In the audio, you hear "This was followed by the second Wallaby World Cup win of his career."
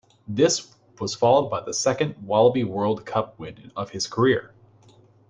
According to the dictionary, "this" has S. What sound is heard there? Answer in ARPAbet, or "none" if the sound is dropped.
S